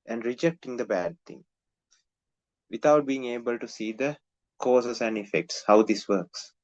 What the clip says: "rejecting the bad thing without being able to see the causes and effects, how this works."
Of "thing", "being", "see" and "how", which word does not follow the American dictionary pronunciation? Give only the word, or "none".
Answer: thing